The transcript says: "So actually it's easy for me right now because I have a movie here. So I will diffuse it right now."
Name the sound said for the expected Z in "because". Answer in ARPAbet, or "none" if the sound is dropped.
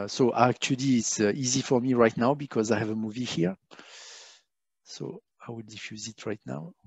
Z